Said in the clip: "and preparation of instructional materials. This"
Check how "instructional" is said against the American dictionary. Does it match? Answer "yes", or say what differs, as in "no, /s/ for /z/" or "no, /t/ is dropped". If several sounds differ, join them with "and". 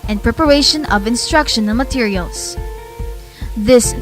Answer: no, /n/ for /l/